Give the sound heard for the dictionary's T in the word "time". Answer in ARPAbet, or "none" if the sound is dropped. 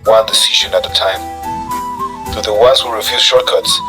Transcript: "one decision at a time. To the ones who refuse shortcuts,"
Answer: T